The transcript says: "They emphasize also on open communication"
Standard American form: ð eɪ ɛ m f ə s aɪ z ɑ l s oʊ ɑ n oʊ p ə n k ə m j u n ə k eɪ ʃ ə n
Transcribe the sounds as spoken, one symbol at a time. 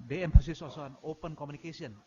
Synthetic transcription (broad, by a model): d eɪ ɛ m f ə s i s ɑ s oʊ ɑ n oʊ p ə n k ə m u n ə k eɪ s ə n